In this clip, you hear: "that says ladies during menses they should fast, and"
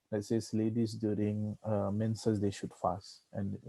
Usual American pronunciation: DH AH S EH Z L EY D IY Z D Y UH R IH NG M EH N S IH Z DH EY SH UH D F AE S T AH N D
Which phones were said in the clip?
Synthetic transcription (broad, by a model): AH S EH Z L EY D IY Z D Y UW R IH NG M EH N S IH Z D EY SH UH D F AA S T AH N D